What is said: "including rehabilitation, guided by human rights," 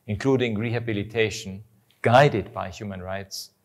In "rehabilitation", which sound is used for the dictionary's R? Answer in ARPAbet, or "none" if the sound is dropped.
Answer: R